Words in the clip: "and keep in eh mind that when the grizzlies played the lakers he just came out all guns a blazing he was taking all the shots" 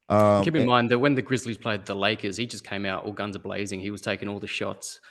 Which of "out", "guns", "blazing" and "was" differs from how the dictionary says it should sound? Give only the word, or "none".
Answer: none